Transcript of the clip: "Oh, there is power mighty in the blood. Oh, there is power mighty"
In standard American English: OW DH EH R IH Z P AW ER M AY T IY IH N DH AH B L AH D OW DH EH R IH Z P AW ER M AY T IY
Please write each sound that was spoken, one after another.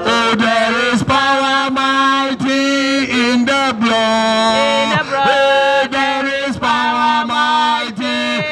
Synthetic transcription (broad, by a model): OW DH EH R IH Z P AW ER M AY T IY IH N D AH B L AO OW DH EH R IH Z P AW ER M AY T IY